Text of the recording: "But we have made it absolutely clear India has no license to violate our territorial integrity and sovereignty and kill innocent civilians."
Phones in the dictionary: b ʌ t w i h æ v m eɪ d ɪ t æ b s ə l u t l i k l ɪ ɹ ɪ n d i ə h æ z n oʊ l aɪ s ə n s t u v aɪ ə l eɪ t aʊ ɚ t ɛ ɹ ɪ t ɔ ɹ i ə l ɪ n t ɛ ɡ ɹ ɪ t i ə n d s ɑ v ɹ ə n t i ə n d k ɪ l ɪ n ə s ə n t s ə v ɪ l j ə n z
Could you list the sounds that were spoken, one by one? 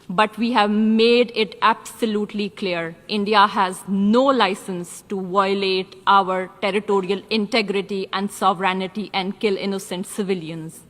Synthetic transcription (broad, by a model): b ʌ t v i h æ v m eɪ d ɪ t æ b s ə l u t l i k l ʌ ɹ ɪ n d i ə h æ z n oʊ l aɪ s ə n s t u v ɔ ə l eɪ t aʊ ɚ t ɛ ɹ ɪ t ɔ ɹ i ə l ɪ n t ɛ ɡ ɹ ɪ t i ə n d s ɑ v ɹ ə n t i ə n d k ɪ l ɪ n ə s ə n t s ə v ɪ l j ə n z